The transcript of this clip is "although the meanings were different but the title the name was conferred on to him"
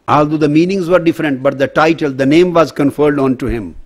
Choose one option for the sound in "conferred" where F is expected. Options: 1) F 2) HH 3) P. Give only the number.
1